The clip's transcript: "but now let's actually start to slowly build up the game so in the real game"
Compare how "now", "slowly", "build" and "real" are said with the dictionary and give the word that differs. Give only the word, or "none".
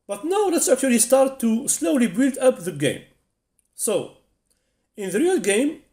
none